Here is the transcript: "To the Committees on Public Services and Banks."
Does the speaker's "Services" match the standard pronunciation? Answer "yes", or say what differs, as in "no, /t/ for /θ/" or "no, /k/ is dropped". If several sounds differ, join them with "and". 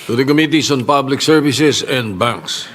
no, /s/ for /z/